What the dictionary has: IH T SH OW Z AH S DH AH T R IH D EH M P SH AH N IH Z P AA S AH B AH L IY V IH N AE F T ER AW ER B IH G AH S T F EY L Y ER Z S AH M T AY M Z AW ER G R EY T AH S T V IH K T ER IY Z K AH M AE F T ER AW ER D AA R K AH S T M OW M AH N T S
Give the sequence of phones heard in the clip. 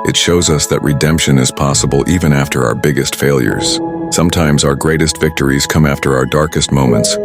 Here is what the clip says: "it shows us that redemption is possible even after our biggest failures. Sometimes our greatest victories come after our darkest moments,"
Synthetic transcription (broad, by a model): IH T SH OW Z AH S DH AH T R IH D EH M P SH AH N IH Z P AA S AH B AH L IY V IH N AE F T ER AW ER B IH G AH S T F EY L Y ER Z S AH M T AY M Z AW ER G R EY T AH S T V IH K T ER IY Z K AH M AE F T ER AW ER D AA R K AH S T M OW M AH N T S